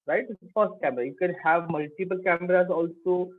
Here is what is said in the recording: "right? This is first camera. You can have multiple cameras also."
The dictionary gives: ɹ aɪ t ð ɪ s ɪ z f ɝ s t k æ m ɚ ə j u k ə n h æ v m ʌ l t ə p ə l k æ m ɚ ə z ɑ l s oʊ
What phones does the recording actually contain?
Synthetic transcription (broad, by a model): ɹ aɪ t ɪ ɪ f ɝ s t k æ m ɚ ə j u k ə n h æ v m ʌ l t ə p ə l k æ m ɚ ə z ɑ l s oʊ